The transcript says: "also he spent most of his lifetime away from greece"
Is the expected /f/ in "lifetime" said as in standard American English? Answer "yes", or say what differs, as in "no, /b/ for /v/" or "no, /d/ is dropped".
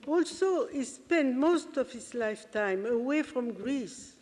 yes